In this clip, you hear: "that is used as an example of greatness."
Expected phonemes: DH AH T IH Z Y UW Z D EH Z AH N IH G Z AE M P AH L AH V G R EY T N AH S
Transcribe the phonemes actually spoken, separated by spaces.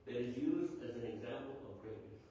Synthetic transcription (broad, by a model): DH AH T IH Z Y UW Z D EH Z AH N IH G Z AE M P AH L AH V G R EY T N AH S